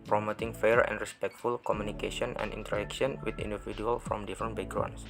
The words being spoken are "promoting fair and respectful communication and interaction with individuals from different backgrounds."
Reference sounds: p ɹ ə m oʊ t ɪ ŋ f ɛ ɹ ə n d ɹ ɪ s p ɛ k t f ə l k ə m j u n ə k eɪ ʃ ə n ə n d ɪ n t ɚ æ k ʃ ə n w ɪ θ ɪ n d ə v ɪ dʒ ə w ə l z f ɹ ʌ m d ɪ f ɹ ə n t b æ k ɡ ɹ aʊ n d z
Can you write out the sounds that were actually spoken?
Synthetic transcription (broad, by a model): p ɹ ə m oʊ t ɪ ŋ f ɛ ɹ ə n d ɹ ɪ s p ɛ k t f ə l k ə m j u n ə k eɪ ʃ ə n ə n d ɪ n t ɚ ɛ k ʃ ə n w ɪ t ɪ n d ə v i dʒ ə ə l f ɹ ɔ m d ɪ f ɹ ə n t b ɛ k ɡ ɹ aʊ n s